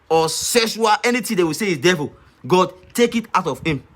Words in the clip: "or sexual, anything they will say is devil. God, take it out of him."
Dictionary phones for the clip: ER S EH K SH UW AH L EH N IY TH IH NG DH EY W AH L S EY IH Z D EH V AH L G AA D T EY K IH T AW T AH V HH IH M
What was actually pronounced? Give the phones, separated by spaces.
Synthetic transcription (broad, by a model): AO S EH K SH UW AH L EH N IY T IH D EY W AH S EY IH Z D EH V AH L G AA D T EY K IH T AW T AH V HH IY M